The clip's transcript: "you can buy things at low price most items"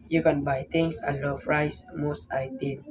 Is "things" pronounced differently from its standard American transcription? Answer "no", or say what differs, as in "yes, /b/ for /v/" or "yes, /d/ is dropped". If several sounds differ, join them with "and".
yes, /t/ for /θ/ and /s/ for /z/